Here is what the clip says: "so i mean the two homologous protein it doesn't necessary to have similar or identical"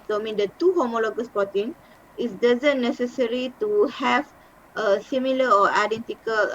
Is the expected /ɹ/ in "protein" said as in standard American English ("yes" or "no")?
no